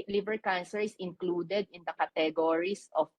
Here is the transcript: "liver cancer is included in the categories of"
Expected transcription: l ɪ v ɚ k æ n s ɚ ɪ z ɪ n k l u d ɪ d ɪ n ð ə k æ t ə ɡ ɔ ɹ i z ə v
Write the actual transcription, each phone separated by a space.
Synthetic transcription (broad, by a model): l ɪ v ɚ k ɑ n s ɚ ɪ s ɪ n k l u d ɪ d ɪ n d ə k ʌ t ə ɡ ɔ ɹ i s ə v